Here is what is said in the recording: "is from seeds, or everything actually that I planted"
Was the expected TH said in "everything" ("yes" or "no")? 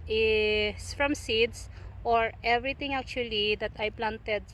no